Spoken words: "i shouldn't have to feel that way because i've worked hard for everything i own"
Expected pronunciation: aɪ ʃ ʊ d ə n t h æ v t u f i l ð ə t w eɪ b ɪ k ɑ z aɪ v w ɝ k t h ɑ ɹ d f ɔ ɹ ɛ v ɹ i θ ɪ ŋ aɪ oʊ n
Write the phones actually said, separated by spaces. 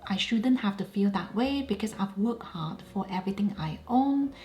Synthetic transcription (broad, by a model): aɪ ʃ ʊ d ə n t h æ f t u f i l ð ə t w eɪ b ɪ k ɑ s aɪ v w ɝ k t h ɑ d f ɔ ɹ ɛ v ɹ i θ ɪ ŋ aɪ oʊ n